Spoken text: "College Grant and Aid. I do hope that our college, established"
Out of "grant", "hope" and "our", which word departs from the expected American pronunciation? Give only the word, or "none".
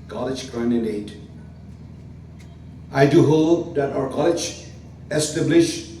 grant